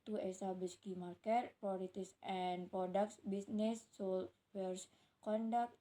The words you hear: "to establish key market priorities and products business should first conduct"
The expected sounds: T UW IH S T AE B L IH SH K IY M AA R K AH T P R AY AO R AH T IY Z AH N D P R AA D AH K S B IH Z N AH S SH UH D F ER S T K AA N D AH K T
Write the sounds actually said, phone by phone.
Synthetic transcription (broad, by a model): T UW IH S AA B IH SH K IY M AA R K AH T P R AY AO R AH T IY S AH N P R AA D AH K S B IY S N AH S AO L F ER S K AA N D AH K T